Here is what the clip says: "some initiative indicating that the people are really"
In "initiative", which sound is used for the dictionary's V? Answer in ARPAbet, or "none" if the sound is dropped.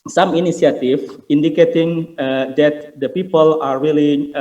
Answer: F